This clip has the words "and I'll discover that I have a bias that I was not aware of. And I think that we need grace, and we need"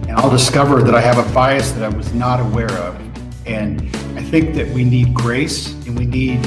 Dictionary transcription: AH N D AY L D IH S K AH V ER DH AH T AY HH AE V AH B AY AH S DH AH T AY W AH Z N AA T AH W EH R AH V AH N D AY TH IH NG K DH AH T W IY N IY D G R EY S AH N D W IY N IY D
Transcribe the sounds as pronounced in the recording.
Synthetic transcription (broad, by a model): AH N AY L D IH S K AH V ER DH AH T AY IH V AH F AY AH S DH AH T AY W AH Z N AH T AH W EH R AH V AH N AY TH IH NG K DH AH T W IY N IY D G R EY S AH N W IY N IY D